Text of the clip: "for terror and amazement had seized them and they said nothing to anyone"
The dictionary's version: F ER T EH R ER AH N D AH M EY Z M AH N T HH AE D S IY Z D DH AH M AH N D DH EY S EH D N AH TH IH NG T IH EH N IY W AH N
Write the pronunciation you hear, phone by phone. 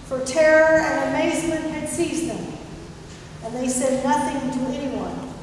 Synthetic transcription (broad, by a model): F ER T EH R ER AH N AH M EY Z M AH N T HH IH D S IY Z DH AH M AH N DH EY S EH D N AH TH IH NG T IH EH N IY W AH N